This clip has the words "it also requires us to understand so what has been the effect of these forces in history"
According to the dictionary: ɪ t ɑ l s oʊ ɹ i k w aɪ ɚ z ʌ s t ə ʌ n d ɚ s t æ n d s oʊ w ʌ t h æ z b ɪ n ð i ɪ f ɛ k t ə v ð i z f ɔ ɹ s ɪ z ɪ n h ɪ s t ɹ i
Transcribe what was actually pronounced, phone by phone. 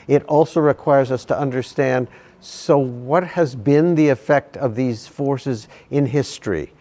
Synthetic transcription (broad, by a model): ɪ t ɑ l s oʊ ɹ i k w aɪ ɚ z ʌ s t ə ʌ n d ɚ s t æ n d s oʊ w ʌ t h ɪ z b ɪ n ð i ɪ f ɛ k t ə v ð i z f ɔ ɹ s ɪ z ɪ n h ɪ s t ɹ i